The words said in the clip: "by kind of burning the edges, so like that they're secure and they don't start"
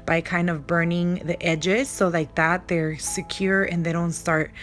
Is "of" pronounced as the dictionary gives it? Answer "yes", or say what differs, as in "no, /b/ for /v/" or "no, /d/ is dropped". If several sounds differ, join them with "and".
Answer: yes